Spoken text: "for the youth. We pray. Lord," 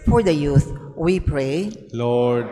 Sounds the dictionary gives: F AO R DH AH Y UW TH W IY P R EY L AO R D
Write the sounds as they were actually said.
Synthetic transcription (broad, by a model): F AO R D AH Y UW S W IY P R EY L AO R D